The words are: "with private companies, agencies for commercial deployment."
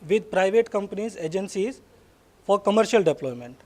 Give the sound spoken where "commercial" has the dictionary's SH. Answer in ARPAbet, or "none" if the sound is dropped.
SH